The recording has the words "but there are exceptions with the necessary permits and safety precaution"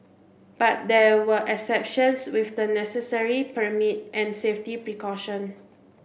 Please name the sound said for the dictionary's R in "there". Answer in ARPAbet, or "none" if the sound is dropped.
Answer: W